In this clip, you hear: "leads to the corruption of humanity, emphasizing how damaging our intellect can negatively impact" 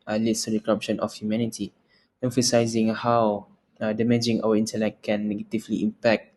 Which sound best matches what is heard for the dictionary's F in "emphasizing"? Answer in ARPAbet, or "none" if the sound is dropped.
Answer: F